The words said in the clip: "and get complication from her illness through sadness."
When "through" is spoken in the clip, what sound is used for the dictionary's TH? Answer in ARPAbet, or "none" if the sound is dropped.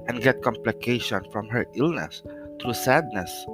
T